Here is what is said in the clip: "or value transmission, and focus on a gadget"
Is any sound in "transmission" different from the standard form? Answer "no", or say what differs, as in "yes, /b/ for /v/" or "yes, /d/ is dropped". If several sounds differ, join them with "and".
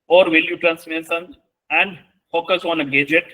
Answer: yes, /s/ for /ʃ/